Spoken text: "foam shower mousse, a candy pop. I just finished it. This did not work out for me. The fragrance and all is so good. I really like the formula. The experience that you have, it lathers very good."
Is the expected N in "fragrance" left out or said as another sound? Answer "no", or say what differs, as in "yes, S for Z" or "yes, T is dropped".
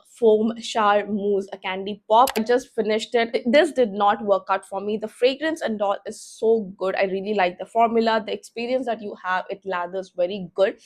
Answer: no